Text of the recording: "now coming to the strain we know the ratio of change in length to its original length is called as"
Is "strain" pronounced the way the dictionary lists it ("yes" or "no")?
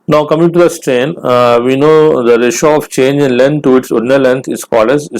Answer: yes